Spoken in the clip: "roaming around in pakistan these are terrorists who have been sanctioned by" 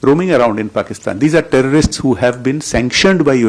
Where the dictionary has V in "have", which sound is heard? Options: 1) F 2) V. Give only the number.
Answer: 2